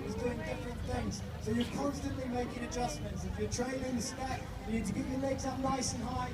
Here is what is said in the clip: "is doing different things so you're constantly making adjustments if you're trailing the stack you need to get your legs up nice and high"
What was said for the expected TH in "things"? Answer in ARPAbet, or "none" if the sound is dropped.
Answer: TH